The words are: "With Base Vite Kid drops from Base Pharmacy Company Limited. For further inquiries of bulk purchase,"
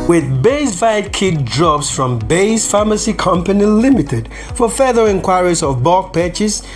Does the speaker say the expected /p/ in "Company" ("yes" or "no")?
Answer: yes